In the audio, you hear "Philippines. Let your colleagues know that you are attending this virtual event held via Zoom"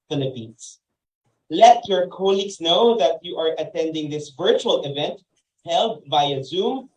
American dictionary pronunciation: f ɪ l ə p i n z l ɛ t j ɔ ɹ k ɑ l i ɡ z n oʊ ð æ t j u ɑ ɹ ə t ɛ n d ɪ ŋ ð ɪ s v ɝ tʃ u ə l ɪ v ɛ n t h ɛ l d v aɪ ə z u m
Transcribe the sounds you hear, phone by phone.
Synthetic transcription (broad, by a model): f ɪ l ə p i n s l ɛ t j ɔ ɹ k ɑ l i ɡ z n oʊ ð æ t j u ɑ ɹ ə t ɛ n d ɪ ŋ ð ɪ s v ɝ tʃ u ə l ɪ v ɛ n t h ɛ l d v aɪ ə z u m